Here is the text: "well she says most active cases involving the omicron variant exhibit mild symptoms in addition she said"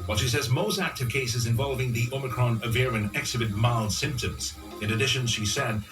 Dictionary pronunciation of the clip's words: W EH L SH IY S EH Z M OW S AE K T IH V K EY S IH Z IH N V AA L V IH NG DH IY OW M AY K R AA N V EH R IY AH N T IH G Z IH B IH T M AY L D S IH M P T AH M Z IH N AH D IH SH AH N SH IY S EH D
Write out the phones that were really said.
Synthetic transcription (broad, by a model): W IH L SH IY S EH Z M OW S AE K T IH V K EY S IH Z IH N V AA L V IH NG DH IY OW M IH K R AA N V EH R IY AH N IH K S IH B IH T M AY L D S IH M P T AH M Z IH N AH D IH SH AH N SH IY S EH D